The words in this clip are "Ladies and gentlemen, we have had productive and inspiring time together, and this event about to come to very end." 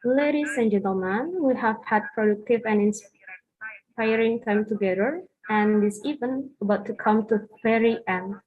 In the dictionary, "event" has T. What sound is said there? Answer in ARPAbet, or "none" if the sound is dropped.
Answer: none